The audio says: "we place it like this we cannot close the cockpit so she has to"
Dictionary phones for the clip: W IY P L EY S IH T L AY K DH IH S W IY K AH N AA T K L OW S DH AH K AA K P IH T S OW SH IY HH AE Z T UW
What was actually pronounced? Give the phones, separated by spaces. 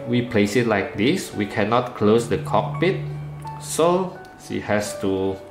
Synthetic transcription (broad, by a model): W IY P L EY S IH T L AY K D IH S W IY K AH N AA T K L OW S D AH K AA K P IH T S OW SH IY HH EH S T UW